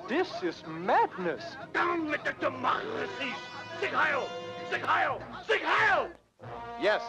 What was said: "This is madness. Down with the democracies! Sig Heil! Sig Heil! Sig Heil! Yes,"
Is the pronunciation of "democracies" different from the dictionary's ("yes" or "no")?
yes